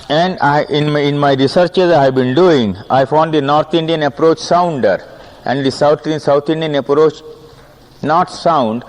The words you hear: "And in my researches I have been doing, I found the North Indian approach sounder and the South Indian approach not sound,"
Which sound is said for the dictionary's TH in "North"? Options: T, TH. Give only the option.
T